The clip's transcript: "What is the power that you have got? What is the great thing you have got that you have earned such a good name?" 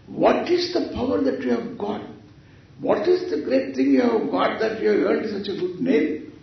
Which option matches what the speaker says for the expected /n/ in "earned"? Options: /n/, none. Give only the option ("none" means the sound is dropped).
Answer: none